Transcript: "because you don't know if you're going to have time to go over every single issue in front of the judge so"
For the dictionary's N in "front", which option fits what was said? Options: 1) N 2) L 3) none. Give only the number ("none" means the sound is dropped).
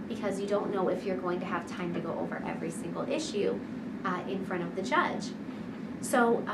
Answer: 3